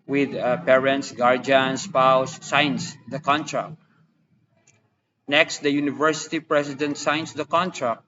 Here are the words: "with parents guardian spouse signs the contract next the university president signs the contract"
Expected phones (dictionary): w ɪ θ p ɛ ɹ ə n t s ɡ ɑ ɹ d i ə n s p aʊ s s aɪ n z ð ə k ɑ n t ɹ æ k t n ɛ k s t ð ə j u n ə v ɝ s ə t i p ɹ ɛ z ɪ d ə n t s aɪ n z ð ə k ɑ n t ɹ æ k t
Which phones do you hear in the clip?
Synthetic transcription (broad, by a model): w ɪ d p ɛ ɹ ə n t s ɡ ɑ ɹ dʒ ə n s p aʊ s s aɪ n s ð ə k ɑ n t ɹ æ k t n ɛ k s t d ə j u n ə v ɝ s ə t i p ɹ ɛ s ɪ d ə n t s aɪ n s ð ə k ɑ n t ɹ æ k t